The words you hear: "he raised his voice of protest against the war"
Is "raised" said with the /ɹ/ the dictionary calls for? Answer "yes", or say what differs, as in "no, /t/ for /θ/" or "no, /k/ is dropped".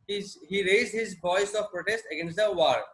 yes